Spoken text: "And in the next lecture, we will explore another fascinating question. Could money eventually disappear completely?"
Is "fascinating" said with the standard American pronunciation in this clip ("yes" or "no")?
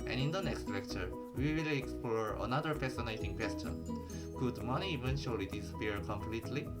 no